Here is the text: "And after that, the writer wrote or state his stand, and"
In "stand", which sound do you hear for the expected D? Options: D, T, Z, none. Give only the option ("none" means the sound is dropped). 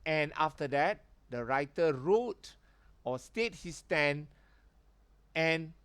none